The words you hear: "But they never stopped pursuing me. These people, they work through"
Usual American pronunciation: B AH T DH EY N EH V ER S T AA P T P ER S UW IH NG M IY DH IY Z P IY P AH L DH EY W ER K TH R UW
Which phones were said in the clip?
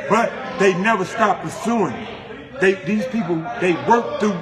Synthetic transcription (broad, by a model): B AH T DH EY N EH V ER S T AA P P ER S UW IH NG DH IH DH IY Z P IY P L DH EY W ER K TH R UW